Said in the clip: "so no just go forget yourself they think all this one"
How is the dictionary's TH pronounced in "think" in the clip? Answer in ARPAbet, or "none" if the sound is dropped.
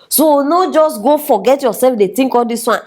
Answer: T